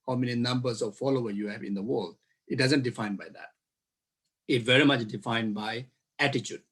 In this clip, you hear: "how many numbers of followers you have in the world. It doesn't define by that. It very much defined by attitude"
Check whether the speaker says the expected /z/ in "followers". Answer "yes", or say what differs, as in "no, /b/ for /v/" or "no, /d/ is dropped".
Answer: no, /z/ is dropped